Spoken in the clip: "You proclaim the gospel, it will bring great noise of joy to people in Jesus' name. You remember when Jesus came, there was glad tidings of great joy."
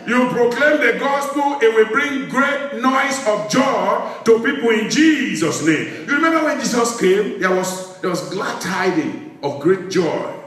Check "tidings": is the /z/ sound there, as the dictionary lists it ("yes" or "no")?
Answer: no